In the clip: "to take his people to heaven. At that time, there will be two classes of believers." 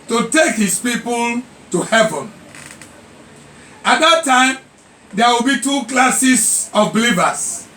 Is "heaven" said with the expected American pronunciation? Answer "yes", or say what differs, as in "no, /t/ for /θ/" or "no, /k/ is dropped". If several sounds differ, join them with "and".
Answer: yes